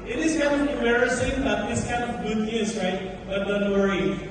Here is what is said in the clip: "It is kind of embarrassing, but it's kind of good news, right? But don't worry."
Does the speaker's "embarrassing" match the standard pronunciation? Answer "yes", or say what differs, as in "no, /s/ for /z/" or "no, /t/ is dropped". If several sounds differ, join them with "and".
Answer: no, /b/ is dropped